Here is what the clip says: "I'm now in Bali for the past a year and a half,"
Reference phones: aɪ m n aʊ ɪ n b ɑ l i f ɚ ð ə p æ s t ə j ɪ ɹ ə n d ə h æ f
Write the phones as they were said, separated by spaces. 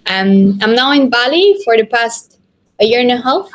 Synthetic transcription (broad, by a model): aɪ m n aʊ ɪ n b ɑ l i f ɚ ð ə p æ s t ə j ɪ ɹ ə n ə h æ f